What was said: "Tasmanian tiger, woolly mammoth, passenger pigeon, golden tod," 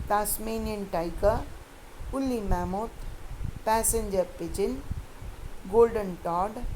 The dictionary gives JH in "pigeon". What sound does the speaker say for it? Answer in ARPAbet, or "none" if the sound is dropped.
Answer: CH